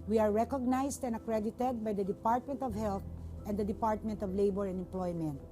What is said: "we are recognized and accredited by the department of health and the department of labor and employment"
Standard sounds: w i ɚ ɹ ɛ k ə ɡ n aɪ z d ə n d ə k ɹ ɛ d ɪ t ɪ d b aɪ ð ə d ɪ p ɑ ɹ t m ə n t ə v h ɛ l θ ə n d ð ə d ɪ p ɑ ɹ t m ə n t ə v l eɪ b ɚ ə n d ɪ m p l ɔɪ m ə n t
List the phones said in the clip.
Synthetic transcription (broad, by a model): w i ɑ ɹ ɛ k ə ɡ n aɪ s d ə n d ə k ɹ ɛ d ɪ t ɪ d b aɪ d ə d ɪ p ɑ ɹ t m ə n t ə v h ɛ l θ ə n d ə d ɪ p ɑ ɹ t m ə n t ə v l eɪ b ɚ ə n d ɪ m p l ɔɪ m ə n t